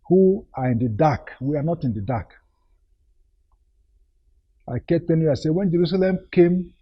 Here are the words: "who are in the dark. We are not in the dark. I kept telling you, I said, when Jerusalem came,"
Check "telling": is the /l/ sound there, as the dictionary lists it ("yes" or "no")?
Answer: no